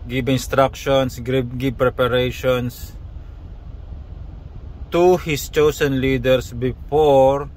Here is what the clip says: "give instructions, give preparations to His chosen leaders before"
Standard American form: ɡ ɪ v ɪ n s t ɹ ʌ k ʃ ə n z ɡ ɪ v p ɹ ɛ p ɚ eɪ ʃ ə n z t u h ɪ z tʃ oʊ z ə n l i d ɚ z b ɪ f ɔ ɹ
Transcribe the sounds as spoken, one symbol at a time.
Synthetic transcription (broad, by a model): ɡ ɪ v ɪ n s t ɹ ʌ k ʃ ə n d ɡ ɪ b p ɹ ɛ p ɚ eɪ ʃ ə n s t u h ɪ s tʃ oʊ s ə n l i d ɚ s b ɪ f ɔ ɹ